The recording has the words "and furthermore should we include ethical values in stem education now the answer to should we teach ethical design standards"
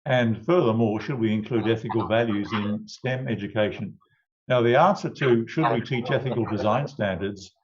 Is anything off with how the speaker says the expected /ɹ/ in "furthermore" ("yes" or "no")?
no